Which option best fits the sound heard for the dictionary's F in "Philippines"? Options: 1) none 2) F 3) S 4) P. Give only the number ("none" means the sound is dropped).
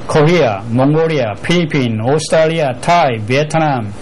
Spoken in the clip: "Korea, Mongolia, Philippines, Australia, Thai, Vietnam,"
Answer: 4